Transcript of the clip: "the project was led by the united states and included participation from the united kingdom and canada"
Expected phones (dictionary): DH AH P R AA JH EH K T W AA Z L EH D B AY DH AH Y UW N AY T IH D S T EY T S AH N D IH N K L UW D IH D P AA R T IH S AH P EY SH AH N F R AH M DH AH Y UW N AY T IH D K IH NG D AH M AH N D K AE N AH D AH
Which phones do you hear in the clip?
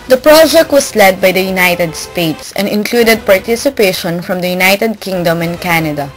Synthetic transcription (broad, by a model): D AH P R AA JH EH K T W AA S L EH D B AY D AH Y UW N AY T IH D S T EY T S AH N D IH N K L UW D IH D P AA R T IH S AH P EY SH AH N F R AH M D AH Y UW N AY T IH D K IH NG D AH M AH N K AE N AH D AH